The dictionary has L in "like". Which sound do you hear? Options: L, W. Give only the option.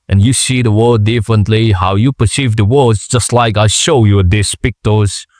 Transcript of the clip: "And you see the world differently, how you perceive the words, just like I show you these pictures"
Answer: L